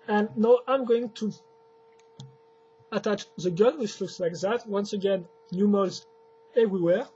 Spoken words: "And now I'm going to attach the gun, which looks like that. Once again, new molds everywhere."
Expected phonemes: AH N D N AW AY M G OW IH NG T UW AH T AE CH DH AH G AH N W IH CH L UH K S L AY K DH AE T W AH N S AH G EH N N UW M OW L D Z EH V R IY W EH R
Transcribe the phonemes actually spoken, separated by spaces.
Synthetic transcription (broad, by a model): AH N N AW AY M G OW IH NG T UW AH T AE CH DH AH G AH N W IH CH L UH K S L AY K DH AE T W AH N S AH G EH N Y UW M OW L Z EH V R IY W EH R